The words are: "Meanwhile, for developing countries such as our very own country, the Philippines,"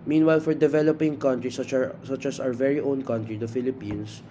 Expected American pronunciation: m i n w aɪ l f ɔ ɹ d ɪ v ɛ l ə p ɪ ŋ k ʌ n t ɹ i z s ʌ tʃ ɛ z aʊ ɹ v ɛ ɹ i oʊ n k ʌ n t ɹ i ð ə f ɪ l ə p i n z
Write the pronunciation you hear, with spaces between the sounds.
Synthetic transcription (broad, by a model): m i n w aɪ l f ɔ ɹ d ɪ v ɛ l ə p ɪ ŋ k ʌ n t ɹ i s s ʌ tʃ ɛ s aʊ ɹ v ɛ ɹ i oʊ n k ʌ n t ɹ i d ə f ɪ l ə p i n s